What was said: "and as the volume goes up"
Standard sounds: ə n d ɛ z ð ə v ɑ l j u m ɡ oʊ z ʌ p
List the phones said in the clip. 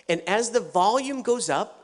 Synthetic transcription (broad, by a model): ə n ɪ z ð ə v ɑ l j u m ɡ oʊ z ʌ p